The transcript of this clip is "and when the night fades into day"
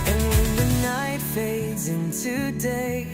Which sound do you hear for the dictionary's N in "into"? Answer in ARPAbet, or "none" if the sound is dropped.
N